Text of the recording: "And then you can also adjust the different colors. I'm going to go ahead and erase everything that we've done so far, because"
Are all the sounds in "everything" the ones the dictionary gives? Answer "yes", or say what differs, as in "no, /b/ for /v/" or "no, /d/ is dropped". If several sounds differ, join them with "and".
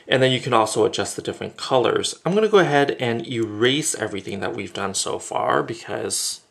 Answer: yes